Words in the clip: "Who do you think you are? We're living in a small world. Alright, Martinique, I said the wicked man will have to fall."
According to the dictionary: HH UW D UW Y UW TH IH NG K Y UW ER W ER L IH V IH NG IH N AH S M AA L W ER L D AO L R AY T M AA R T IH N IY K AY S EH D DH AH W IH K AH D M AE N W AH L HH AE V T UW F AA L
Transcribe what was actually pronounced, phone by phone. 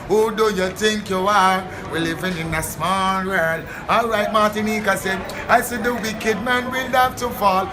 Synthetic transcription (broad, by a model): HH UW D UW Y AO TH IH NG K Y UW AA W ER L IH V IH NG IH N AH S M AA L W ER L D AO L R AY T M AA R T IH N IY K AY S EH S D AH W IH K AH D M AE N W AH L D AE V T UW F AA L